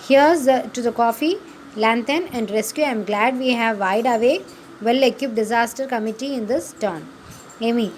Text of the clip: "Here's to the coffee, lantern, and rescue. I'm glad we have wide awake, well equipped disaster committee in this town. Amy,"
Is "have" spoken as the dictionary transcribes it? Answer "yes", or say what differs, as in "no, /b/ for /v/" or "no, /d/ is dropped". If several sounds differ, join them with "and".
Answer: yes